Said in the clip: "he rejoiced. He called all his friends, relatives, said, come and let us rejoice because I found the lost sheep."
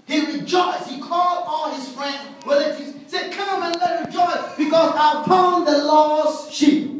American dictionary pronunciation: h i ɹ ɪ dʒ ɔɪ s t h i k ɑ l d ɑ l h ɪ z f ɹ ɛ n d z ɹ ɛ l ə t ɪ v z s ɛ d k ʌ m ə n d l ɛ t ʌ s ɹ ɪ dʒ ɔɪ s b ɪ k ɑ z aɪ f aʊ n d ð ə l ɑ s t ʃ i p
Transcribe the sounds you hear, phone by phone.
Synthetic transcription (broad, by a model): h i ɹ ɪ dʒ ɔɪ s t h i k ɑ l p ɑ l h ɪ z f ɹ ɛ n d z w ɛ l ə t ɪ z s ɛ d k ʌ m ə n l ɛ t ɹ ɪ dʒ ɔɪ s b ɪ k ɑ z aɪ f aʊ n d ð ə l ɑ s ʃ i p